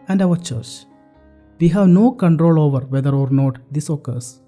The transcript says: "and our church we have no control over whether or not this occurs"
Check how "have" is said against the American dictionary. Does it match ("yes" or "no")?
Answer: yes